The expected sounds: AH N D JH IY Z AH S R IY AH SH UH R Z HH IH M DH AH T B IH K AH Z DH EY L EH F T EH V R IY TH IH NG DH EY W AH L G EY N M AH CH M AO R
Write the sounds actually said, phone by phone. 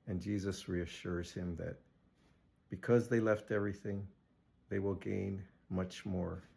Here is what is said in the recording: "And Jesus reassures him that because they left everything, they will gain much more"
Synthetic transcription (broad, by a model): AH N JH IY Z AH S R IY AH SH UH R Z HH IH M DH AH T B IH K AH Z DH EY L EH F T EH V R IY TH IH NG DH EY W AH L G EY N M AH CH M AO R